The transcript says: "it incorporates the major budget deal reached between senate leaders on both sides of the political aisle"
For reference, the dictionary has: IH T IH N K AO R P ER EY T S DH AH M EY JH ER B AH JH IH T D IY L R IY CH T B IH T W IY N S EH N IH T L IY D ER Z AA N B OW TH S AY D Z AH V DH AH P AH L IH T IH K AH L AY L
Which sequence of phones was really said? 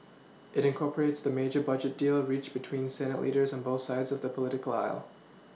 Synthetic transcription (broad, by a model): IH T IH N K AO R P ER EY T S DH AH M EY JH ER B AH JH IH T D IY L R IY CH B IH T W IY N S EH N IH T L IY D ER Z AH N B OW TH S AY D Z AH V DH AH P AH L IH T IH K AH L AY L